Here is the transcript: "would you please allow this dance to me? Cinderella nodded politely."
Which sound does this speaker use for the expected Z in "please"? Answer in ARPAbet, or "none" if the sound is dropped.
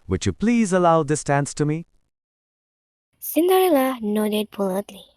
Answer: Z